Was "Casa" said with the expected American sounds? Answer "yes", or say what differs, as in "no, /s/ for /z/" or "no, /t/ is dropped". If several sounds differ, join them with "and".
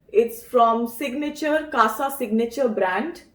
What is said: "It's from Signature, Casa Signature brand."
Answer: yes